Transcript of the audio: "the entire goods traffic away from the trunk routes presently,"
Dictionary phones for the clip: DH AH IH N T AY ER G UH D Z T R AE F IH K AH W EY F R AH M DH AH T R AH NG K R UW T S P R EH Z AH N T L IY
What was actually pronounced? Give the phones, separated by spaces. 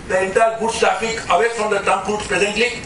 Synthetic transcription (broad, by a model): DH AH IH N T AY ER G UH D S T R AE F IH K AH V EY F R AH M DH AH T AH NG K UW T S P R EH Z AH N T L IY